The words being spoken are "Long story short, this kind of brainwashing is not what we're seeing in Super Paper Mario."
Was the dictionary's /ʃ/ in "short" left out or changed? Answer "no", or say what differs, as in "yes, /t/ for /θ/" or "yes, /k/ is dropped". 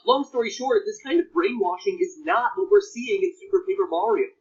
no